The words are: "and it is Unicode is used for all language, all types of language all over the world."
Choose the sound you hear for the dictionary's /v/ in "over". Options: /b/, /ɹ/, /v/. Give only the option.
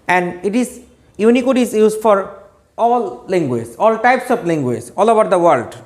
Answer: /b/